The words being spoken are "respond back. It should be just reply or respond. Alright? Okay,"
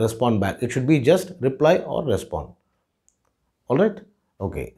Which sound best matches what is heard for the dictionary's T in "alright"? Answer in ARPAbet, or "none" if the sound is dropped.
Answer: T